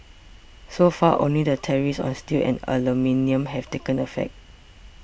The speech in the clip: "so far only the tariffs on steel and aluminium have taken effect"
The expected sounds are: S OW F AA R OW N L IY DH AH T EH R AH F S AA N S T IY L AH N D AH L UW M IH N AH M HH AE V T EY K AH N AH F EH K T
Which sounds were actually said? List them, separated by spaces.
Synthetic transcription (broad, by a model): S OW F AA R OW N L IY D AH T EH R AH S AA N S T IY L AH N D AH L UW M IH N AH M HH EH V T EY K AH N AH F EH K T